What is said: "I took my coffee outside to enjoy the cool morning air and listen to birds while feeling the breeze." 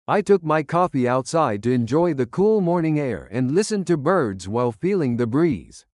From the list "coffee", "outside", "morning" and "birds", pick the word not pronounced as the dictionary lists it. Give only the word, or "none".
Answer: none